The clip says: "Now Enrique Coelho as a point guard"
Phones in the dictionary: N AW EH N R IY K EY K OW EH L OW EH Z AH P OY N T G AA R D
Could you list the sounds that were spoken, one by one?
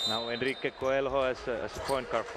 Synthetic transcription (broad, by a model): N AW EH N R IY K EY K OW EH L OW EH S AH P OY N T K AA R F